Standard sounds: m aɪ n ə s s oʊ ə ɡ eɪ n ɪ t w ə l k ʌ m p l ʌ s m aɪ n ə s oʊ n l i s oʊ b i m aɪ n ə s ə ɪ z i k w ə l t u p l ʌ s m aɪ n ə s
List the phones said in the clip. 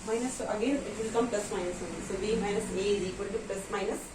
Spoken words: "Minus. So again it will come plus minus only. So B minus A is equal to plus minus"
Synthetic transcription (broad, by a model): m aɪ n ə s s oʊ ə ɡ eɪ n ɪ t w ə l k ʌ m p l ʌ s m aɪ n ə s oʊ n i s oʊ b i m aɪ n ə s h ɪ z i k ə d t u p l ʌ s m aɪ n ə s